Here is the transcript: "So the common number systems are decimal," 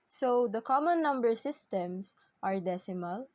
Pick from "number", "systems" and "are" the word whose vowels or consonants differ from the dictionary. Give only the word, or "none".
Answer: systems